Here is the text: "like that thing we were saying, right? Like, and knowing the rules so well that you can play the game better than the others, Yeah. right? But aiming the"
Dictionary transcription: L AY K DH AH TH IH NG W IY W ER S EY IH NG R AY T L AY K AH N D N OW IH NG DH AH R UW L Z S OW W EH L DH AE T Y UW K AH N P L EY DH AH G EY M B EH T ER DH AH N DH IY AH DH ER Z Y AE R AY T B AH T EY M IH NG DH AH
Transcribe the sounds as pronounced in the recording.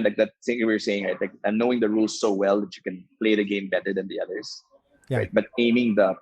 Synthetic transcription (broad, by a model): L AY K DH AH T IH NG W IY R S EY IH NG R AY T L AY K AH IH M N OW IH NG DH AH R UW L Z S OW W EH L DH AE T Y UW K AH N P L EY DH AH G EY M B EH T ER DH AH N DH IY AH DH ER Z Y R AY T B AH T EY M IH NG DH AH